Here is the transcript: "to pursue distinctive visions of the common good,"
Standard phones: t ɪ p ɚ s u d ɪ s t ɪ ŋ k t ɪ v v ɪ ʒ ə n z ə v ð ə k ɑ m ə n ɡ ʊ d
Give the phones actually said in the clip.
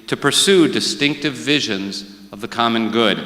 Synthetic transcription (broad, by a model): t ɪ p ɚ s u d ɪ s t ɪ ŋ k t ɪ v v ɪ ʒ ə n z ə v ð ə k ɑ m ə n ɡ ʊ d